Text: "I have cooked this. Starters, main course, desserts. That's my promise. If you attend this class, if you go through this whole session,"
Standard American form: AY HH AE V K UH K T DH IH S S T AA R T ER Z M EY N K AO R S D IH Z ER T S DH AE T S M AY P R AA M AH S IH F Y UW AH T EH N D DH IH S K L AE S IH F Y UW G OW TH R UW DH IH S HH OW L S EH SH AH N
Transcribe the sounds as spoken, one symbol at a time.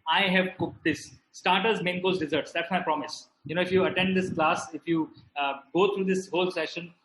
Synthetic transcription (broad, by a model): AY HH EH V K UH K T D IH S S T AA R T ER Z M EY N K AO L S D IH Z ER T S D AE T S M AY P R AA M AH S IH F Y UW AH T EH N D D IH S K L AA S IH F Y UW G OW T R UW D IH S HH OW L S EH SH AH N